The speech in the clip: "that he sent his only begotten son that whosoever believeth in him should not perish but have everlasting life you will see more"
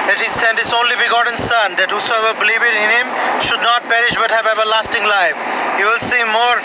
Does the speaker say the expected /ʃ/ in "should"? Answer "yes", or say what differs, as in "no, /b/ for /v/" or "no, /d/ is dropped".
yes